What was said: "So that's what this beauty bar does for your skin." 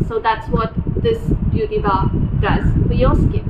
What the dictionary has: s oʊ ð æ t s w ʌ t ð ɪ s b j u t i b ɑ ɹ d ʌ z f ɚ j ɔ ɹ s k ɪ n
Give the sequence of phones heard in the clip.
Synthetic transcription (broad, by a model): s oʊ ð æ t s w ʌ t ð ɪ s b j u t i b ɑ d ʌ z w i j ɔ l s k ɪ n